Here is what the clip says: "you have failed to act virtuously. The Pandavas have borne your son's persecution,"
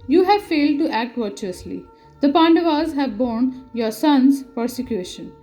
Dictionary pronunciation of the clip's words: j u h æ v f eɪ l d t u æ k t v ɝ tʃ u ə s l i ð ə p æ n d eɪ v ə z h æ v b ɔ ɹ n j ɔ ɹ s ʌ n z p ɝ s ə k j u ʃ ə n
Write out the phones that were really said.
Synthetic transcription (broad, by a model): j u h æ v f eɪ l d t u æ k t v ɝ tʃ u ə s l i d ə p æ n d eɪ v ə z h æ v b ɔ ɹ n j ɔ ɹ s ʌ n z p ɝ s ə k j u ʃ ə n